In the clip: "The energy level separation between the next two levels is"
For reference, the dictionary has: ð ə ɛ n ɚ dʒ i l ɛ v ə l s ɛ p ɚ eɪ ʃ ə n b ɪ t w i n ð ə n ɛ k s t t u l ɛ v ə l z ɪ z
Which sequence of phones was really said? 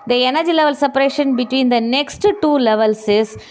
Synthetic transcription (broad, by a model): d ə ɛ n ɚ dʒ i l ɛ v ə l s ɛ p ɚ eɪ ʃ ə n b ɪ t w i n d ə n ɛ k s t t u l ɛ v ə l s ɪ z